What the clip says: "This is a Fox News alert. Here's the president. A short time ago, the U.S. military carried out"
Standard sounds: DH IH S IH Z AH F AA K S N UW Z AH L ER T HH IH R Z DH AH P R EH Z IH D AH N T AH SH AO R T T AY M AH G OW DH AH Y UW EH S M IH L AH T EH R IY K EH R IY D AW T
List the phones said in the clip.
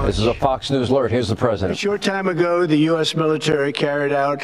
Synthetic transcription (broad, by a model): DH IH S IH Z AH F AA K S N UW Z L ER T HH IH R Z DH AH P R EH Z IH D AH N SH AO R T T AY M AH G OW DH AH Y UW EH S M IH L AH T EH R IY K EH R IY D AW T